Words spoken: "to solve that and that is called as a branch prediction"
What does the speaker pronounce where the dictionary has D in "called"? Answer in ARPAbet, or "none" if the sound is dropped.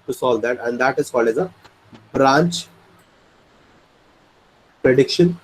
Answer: none